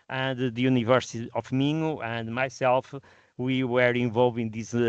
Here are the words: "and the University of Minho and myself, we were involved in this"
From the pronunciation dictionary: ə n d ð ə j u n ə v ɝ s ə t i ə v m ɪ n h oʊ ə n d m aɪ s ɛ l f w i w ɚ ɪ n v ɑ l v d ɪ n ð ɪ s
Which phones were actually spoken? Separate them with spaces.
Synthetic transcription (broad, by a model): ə n d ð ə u n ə v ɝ s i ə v m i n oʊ ə n d m aɪ s ɛ l f w i w ɚ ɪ v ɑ l v ɪ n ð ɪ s